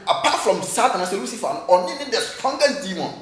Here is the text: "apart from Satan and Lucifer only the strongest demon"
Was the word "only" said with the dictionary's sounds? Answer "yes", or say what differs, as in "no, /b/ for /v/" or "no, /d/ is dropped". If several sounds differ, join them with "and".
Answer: no, /n/ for /l/